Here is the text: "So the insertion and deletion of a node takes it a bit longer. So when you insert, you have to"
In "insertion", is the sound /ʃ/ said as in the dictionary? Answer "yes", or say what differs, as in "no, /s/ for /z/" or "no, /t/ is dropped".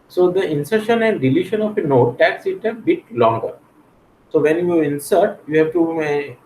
yes